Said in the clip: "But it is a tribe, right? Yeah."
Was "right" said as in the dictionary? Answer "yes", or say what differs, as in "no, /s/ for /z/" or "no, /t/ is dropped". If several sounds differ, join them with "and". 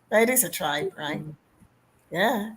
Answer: yes